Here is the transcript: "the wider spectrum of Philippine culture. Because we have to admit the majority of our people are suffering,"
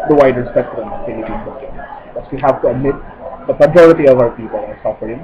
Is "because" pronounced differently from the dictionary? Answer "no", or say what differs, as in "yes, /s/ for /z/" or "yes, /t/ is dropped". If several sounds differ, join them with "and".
yes, /s/ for /z/